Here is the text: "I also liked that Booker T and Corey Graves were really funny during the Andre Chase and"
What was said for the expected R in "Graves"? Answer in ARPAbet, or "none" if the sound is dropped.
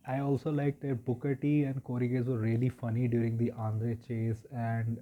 none